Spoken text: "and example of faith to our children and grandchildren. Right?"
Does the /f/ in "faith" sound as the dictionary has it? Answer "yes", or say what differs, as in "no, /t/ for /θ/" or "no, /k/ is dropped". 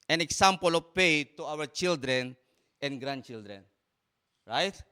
no, /p/ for /f/